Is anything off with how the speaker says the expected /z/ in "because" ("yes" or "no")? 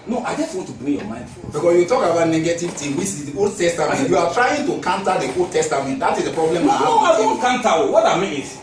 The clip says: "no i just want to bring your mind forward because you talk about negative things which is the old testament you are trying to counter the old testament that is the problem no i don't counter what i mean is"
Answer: yes